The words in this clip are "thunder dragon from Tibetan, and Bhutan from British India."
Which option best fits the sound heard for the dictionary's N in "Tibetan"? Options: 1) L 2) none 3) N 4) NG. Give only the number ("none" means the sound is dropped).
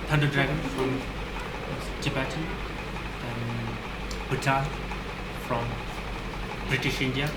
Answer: 2